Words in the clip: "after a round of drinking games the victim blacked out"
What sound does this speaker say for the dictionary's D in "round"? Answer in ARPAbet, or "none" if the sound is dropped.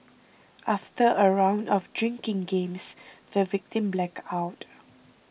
D